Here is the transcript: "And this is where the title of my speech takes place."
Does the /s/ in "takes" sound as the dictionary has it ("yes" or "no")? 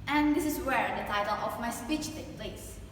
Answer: no